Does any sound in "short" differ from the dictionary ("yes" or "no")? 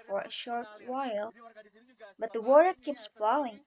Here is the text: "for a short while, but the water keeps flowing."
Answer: no